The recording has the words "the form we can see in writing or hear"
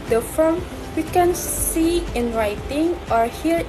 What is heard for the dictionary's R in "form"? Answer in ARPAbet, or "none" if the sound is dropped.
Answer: L